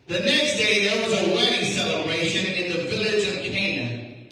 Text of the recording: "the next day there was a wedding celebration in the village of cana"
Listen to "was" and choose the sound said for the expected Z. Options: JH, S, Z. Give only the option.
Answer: Z